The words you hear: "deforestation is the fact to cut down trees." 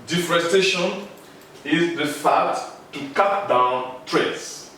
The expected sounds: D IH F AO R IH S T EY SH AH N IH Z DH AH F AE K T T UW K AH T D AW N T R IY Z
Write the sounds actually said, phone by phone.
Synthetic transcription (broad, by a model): D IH F R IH S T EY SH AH N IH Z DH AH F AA T T UW K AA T D AW N T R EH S